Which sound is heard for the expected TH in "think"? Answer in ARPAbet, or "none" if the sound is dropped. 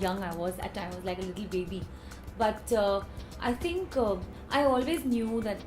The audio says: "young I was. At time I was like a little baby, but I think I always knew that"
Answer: T